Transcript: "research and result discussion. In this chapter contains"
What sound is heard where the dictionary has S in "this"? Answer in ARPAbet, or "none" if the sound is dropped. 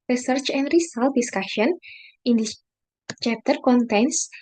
none